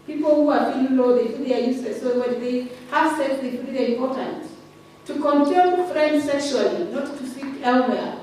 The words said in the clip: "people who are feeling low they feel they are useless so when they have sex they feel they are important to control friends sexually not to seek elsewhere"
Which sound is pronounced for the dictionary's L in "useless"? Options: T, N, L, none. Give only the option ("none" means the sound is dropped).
none